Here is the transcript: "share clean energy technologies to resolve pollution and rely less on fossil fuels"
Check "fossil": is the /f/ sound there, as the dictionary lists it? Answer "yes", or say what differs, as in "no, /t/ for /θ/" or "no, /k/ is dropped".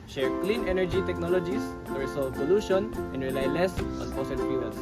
no, /p/ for /f/